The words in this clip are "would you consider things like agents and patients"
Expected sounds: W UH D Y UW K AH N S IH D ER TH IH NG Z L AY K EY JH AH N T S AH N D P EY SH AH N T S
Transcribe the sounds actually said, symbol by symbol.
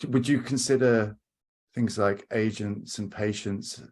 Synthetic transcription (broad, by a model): W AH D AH K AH N S IH D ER TH IH NG Z L AY K EY JH AH N T S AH N P EY SH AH N T S